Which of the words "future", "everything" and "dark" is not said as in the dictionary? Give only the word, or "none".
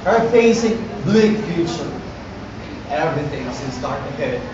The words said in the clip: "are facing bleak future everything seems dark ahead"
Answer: dark